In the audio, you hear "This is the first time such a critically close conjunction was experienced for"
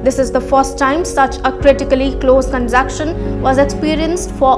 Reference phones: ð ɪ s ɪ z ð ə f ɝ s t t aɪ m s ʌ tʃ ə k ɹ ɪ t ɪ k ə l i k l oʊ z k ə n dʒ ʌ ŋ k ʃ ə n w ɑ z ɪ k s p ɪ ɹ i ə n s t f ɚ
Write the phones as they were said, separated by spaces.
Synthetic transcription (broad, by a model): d ɪ s ɪ z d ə f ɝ s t t aɪ m s ʌ tʃ ə k ɹ ɪ t ɪ k ə l i k l oʊ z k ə n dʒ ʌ k ʃ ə n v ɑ z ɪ k s p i ɹ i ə n s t f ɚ